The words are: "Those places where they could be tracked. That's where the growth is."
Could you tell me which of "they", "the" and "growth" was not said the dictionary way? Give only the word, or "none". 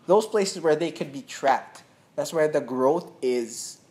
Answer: none